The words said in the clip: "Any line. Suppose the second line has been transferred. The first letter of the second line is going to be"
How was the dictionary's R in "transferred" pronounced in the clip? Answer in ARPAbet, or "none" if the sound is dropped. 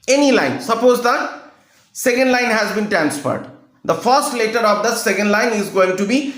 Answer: none